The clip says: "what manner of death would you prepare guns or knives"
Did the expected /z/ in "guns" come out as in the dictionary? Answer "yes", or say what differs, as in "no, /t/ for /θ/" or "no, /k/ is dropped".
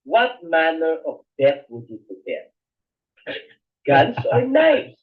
no, /s/ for /z/